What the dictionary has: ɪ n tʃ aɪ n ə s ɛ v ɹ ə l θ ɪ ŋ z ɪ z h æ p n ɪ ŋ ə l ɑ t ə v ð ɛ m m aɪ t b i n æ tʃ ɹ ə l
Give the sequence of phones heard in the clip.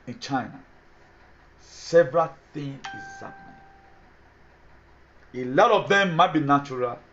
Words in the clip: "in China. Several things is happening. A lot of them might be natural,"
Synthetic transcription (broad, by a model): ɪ n tʃ aɪ n ə s ɛ v ɹ ə l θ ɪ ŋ ɪ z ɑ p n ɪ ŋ ə l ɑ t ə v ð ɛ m m aɪ t b i n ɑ tʃ ɹ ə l